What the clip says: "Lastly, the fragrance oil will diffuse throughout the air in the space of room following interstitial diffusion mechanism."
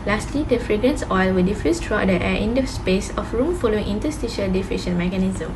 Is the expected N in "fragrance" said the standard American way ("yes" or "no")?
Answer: yes